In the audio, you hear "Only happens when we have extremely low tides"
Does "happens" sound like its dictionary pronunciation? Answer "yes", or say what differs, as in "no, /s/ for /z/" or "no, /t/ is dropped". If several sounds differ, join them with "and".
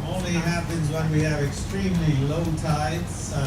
yes